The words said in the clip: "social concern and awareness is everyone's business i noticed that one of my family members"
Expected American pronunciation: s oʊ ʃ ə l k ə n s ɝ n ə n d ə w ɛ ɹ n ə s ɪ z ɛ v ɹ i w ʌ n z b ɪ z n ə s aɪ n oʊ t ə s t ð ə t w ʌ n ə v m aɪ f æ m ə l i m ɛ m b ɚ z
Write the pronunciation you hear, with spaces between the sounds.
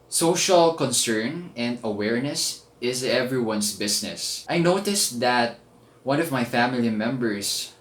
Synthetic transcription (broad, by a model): s oʊ ʃ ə l k ə n s ɝ n ə n d ə w ɛ ɹ n ə s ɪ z ɛ v ɹ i w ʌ n s b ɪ s n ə s aɪ n oʊ t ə s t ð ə t w ʌ n ə v m aɪ f æ m ə l i m ɛ m b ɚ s